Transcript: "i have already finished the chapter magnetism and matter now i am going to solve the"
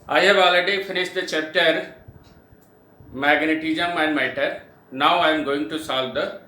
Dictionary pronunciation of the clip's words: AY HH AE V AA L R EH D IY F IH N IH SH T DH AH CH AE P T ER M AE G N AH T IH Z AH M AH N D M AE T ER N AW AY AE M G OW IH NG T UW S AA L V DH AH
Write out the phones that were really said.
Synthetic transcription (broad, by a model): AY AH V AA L AH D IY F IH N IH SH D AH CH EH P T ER M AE G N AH T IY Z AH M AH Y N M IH T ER N AW AY M G OW IH NG T UW S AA L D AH